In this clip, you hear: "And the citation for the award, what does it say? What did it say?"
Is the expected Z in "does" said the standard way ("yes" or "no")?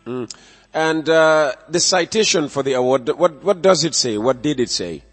yes